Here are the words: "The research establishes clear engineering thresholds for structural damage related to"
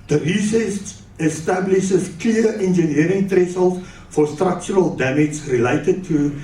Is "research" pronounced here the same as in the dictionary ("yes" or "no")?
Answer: no